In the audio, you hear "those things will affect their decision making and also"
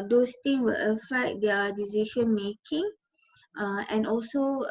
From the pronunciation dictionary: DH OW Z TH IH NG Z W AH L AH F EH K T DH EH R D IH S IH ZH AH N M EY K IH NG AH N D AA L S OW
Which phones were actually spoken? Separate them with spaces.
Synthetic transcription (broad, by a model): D OW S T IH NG W AH L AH F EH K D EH D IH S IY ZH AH N M EY K IH NG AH N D AA L S OW